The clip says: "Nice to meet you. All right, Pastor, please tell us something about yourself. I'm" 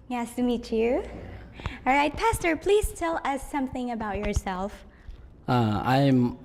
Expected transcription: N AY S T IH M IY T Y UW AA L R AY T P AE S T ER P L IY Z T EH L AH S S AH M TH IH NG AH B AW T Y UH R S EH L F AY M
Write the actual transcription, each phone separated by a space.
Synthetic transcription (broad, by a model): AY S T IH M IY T Y UW AA L R AY T P AE S T ER P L IY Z T EH L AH S S AH M TH IH NG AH B AW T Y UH R S EH L F AY M